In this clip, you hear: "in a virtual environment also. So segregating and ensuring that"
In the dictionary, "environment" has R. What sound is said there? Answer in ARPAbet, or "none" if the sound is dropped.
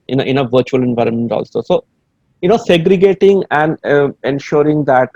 R